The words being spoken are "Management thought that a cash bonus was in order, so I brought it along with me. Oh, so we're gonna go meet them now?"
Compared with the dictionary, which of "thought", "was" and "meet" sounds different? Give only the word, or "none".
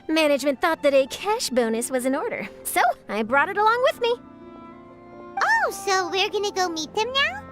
none